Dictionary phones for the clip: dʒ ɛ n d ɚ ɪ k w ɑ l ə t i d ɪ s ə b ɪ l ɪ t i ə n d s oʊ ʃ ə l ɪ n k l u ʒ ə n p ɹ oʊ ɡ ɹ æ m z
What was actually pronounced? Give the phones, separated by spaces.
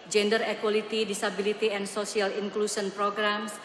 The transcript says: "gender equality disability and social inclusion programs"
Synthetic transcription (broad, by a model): dʒ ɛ n d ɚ ɪ k w ɑ l ə t i d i s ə b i l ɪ t i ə n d s oʊ s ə l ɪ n k l u s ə n p ɹ oʊ ɡ ɹ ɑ m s